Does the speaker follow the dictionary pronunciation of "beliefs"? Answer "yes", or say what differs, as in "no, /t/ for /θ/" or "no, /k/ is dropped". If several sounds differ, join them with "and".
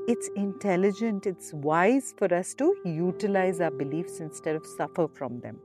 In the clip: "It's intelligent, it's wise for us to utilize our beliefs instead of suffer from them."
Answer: yes